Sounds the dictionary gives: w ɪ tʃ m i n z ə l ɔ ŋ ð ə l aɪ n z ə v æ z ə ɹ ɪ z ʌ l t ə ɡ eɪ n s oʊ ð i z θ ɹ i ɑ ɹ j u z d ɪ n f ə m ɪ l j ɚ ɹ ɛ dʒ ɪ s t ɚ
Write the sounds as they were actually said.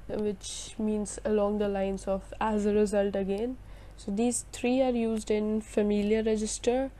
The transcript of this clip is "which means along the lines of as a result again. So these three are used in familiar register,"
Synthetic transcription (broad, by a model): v ɪ tʃ m i n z ə l ɔ ŋ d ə l aɪ n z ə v æ z ə ɹ ɪ z ʌ l t ə ɡ eɪ n s oʊ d i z t ɹ i ɑ ɹ j u z d ɪ n f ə m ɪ l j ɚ ɹ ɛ dʒ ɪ s t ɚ